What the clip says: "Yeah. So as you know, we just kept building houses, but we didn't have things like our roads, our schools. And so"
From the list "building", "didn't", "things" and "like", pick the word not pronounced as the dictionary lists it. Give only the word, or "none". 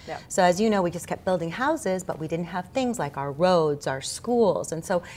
none